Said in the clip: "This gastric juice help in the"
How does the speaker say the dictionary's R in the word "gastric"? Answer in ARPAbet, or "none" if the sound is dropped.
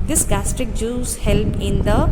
R